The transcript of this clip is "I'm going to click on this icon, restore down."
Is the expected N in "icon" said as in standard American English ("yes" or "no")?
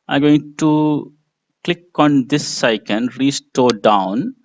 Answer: yes